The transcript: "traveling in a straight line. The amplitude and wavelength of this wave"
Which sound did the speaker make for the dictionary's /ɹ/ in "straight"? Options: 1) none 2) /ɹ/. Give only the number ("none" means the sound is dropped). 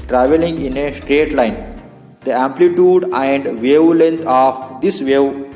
2